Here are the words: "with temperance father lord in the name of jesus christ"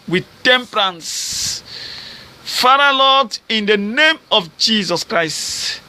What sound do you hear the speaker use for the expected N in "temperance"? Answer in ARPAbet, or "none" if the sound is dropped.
N